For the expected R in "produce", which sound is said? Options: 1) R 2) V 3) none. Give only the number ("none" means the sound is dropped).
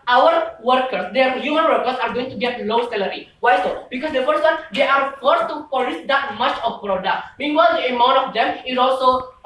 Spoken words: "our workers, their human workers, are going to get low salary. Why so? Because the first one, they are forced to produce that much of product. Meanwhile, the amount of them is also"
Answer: 3